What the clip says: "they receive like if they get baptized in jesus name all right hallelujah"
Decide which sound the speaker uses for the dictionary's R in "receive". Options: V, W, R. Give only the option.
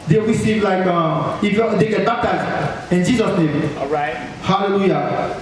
W